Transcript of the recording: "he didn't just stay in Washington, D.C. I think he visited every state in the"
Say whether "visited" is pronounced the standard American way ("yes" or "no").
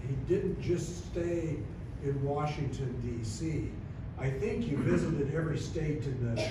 yes